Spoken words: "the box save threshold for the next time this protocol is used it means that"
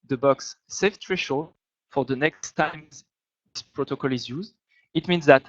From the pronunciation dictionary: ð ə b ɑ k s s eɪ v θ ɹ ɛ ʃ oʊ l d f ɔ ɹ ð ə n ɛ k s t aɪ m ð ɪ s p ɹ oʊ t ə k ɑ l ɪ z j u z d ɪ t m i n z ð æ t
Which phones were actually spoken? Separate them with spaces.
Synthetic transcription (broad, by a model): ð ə b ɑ k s s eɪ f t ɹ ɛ ʃ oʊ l f ɔ ɹ ð ə n ɛ k s t aɪ m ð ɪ s p ɹ oʊ t ə k ɑ l ɪ z j u z d ɪ t m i n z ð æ t